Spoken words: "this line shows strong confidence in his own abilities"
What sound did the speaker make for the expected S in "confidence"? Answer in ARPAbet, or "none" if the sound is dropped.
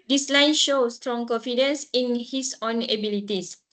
S